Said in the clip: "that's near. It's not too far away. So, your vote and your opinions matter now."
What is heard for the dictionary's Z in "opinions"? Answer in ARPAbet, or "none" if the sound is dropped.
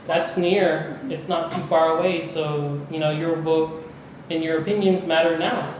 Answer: Z